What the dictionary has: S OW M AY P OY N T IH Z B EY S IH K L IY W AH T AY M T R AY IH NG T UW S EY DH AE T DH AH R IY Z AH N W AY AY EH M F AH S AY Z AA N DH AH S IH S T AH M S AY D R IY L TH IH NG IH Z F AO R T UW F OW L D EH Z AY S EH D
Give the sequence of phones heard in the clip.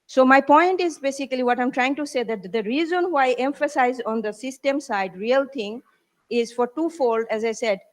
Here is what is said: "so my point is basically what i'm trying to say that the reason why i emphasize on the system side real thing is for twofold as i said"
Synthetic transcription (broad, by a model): S OW M AY P OY N T IH Z B EY S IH K L IY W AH T AY M T R AY IH NG T UW S EY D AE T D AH R IY Z AH N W AY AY EH M F AH S AY Z AA N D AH S IH S T AH M S AY D R IY L T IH NG IH Z F AO R T UW F OW L D EH Z AY S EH D